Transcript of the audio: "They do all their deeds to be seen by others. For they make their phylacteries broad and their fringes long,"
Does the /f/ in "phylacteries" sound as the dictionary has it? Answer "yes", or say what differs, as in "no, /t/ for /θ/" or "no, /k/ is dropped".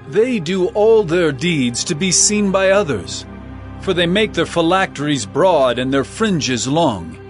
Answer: yes